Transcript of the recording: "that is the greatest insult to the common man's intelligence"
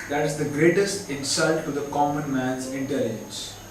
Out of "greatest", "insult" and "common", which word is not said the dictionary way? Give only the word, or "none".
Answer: none